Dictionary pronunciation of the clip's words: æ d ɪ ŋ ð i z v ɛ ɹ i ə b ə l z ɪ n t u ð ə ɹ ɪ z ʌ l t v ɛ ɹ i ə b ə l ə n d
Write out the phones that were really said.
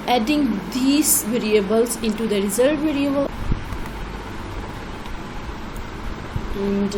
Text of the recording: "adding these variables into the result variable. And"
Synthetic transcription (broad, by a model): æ d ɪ ŋ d i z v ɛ ɹ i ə b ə l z ɪ n t u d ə ɹ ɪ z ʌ t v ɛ ɹ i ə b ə l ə n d